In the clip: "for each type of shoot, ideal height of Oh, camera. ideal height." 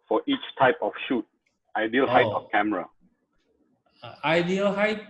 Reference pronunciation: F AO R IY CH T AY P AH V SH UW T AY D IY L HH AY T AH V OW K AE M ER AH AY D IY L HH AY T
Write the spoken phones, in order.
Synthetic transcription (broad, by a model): F AO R IY CH T AY P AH F SH UW T AY D IY L HH AY T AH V K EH M ER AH AY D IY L HH AY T